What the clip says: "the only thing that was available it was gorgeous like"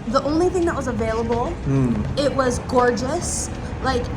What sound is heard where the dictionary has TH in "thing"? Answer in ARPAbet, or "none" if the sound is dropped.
TH